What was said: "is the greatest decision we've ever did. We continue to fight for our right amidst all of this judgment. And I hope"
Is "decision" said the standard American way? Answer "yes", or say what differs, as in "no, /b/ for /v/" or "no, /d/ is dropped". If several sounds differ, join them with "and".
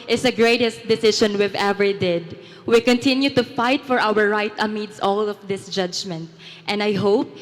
no, /ʃ/ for /ʒ/